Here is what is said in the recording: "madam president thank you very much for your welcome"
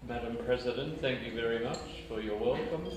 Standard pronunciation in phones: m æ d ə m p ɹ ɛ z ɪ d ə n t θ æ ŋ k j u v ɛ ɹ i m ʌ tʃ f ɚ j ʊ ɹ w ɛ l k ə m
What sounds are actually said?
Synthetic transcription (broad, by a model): m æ d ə m p ɹ ɛ z ɪ d ə n t θ æ ŋ k j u v ɛ ɹ i m ʌ tʃ f ɚ j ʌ ɹ w ɛ l k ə m